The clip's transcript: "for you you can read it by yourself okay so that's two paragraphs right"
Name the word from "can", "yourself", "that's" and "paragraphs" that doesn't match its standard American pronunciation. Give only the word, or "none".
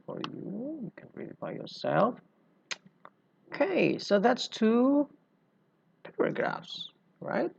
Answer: none